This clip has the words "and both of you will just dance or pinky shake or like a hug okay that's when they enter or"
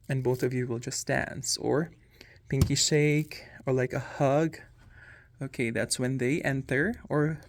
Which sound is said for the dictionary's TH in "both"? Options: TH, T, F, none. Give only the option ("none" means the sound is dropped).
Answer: TH